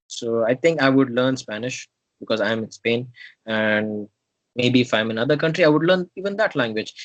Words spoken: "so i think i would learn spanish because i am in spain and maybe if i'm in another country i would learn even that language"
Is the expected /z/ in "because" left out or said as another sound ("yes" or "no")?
no